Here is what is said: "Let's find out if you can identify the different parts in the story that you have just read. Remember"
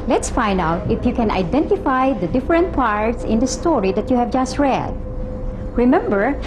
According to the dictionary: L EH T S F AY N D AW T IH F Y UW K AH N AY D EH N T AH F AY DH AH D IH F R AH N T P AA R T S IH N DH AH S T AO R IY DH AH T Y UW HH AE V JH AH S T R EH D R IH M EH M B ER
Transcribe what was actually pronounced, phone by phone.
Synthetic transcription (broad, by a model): L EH T S F AY N D AW T IH F Y UW K AH N AY D EH N T AH F AY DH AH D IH F R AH N T P AA R T S IH N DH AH S T AO R IY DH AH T Y UW HH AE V JH AH S T R EH D R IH M EH M B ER